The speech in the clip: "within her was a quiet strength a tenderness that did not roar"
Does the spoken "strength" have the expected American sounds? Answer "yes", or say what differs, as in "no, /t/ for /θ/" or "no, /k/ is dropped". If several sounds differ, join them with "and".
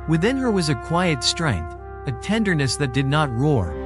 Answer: yes